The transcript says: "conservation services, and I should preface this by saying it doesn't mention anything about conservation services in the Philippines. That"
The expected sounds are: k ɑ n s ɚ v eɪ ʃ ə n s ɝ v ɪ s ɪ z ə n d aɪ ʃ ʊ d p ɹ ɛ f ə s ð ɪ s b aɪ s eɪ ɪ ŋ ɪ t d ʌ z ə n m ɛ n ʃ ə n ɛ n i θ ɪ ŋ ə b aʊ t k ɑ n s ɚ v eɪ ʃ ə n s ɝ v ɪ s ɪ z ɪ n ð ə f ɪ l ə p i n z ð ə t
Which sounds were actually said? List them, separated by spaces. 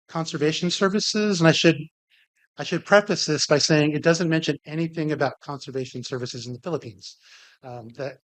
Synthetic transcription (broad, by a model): k ɑ n s ɚ v eɪ ʃ n s ɝ v ɪ s ɪ z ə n d aɪ ʃ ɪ d p ɹ ɛ f ə s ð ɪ s b aɪ s eɪ ɪ ŋ ɪ t d ʌ z ə n m ɛ n ʃ ə n ɛ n i θ ɪ ŋ ə b aʊ t k ɑ n s ɚ v eɪ ʃ n s ɝ v ɪ s ɪ z n ð ə f ɪ l ə p i n z ð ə t